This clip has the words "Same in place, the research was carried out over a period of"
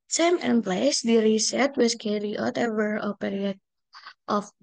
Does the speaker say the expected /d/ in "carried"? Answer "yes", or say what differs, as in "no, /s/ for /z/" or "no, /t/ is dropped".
no, /d/ is dropped